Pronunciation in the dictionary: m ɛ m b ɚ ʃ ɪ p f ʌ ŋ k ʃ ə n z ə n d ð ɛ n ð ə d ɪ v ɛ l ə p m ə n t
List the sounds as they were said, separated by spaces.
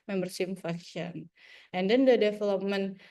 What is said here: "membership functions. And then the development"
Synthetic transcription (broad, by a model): m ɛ m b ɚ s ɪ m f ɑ k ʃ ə n ə n d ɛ n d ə d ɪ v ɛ l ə p m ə n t